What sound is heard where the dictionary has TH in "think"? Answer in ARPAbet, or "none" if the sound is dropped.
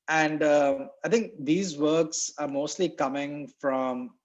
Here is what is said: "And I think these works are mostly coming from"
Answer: T